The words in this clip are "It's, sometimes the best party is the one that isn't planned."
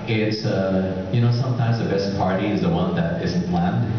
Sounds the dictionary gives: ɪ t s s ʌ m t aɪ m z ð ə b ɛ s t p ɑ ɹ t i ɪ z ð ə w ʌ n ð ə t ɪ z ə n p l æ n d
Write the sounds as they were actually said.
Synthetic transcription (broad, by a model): ɪ t s s ʌ m t aɪ m z ð ə b ɛ s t p ɑ ɹ t i ɪ z ð ə w ʌ n ð ə t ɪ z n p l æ n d